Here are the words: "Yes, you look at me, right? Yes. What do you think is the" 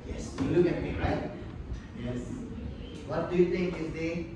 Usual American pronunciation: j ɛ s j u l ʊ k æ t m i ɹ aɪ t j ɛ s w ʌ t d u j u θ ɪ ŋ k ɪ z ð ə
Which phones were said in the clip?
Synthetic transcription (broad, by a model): j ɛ s j u l ʊ k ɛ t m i ɹ aɪ t j ɛ s w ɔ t d u j u t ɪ ŋ k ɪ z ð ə